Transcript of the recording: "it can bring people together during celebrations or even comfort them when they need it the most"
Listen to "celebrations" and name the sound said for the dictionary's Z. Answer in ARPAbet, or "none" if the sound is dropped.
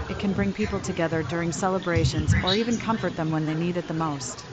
Z